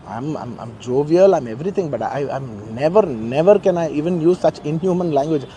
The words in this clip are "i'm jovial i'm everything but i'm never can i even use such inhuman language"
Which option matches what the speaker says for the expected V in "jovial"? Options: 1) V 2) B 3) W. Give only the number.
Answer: 1